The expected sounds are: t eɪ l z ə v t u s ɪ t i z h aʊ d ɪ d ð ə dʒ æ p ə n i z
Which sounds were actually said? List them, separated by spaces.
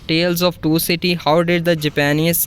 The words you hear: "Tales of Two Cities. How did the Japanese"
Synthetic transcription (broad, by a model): t eɪ l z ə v t u s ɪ t i h aʊ d ɪ d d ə dʒ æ p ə n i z